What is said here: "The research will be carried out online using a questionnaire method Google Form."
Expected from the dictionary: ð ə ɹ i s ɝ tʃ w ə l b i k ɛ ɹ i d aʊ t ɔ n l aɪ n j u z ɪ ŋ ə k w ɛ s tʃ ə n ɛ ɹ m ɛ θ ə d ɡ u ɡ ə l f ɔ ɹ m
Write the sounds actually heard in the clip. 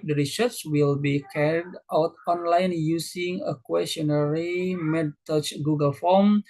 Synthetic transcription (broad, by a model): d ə ɹ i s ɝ s w ə l b i k ɛ ɹ i d aʊ t ɔ n l aɪ n j u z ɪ ŋ ə k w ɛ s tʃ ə n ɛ ɹ m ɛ t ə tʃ ɡ u ɡ ə l f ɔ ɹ m